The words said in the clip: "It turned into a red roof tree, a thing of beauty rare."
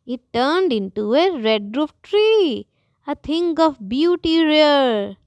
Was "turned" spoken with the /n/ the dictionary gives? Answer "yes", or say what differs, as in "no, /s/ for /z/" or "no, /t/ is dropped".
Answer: yes